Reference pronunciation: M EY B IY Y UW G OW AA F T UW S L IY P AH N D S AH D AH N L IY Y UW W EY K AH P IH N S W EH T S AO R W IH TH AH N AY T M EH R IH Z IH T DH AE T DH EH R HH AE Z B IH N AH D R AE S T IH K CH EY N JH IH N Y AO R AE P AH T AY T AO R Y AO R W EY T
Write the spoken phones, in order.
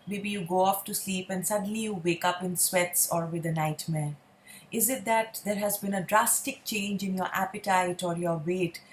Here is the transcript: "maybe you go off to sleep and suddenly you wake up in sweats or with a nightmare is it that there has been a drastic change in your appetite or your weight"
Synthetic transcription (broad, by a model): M EY B IY Y UW G OW AA F T UW S L IY P AH N D S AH D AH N L IY Y UW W EY K AH P IH N S W EH T S AO R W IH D AH N AY T M EH R IH Z IH T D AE T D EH R HH AE Z B IH N AH D R AE S T IH K CH EY N JH IH N Y AO R AE P AH T AY T AO R Y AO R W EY T